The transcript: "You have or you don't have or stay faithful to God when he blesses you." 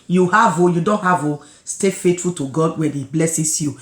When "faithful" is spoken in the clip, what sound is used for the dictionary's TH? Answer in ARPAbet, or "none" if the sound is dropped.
T